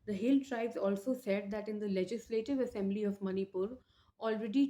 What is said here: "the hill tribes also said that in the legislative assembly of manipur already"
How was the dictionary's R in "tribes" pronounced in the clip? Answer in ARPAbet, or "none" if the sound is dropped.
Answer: R